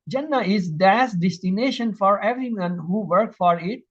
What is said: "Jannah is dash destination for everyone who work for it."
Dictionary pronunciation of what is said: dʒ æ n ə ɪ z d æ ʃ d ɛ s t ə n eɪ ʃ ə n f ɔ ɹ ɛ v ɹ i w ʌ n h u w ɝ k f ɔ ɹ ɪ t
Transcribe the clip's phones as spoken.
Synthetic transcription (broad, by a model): dʒ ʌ n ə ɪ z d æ s d ɛ s t ə n eɪ ʃ ə n f ɔ ɹ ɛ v ɹ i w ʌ n h u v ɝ k f ɔ ɹ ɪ t